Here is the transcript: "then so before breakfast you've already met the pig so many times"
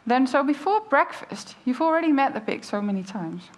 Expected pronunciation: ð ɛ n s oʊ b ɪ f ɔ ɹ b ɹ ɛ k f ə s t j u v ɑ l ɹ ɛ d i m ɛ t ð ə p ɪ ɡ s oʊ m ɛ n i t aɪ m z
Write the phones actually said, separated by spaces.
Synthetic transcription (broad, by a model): ð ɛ n s oʊ b ɪ f ɔ ɹ b ɹ ɛ k f ə s t j u v l ɹ ɛ d i m ɛ t ð ə b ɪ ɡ s oʊ m ɛ n i t aɪ m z